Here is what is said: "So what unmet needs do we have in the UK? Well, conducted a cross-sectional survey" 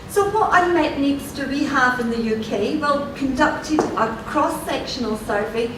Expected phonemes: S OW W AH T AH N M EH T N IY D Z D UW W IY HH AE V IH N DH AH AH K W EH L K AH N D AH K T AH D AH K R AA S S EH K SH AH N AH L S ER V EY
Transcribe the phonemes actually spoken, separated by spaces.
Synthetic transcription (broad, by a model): S OW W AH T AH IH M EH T N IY D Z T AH W IY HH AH V IH N DH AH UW K W EH L K AH N D AH K T AH D AH K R AA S S EH K SH AH N AH L S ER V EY